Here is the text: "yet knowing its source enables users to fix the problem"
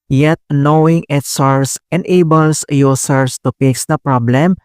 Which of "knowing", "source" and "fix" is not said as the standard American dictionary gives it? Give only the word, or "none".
fix